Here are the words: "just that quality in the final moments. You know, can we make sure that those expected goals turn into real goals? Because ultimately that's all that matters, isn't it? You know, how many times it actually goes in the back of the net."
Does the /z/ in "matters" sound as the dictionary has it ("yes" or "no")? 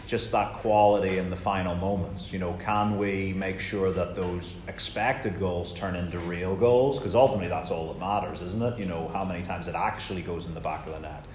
yes